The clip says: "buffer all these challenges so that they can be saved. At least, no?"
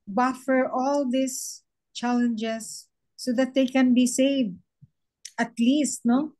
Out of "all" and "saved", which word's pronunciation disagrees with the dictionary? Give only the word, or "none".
none